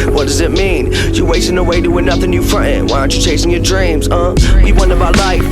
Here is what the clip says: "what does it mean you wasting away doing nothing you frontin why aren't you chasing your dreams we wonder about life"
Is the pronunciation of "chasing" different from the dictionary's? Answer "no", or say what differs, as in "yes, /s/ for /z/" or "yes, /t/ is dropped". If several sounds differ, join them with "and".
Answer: no